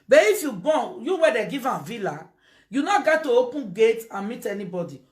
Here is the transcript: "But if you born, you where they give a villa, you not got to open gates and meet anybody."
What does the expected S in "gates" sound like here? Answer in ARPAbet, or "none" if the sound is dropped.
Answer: none